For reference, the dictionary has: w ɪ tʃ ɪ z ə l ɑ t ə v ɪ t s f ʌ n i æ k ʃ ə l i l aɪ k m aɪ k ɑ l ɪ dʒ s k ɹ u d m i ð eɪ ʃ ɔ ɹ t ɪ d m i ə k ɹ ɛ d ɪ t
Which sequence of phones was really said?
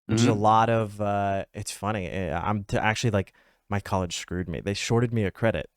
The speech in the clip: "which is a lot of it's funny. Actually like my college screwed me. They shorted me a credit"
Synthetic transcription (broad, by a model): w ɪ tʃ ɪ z ə l ɑ t ə v ɪ t s f ʌ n i æ k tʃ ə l i l aɪ k m aɪ k ɑ l ɪ dʒ s k ɹ u d m i ð eɪ ʃ ɔ ɹ t ɪ d m i ə k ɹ ɛ d ɪ t